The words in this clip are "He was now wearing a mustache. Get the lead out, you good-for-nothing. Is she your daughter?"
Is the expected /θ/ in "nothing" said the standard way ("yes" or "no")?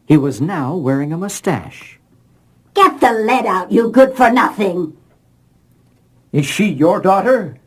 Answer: yes